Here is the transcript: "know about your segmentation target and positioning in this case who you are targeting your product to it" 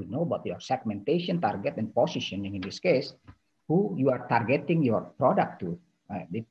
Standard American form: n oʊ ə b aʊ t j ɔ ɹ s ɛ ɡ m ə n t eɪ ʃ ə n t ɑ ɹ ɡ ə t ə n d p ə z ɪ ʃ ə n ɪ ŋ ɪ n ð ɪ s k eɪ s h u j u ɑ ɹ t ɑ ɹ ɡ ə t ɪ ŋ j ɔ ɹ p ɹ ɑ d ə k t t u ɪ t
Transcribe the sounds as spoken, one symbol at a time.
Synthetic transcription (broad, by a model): n oʊ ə b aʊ t j ɔ ɹ s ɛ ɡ m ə n t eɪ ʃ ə n t ɑ ɹ ɡ ə t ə n p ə s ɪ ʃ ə n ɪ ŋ ɪ n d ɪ s k eɪ s h u j u ɑ ɹ t ɑ ɹ ɡ ə t ɪ ŋ j ɔ ɹ p ɹ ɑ d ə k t t u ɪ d